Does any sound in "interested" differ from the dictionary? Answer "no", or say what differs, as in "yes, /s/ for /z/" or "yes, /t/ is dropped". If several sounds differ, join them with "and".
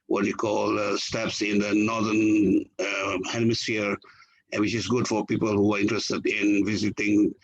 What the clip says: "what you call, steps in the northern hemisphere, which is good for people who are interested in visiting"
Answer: no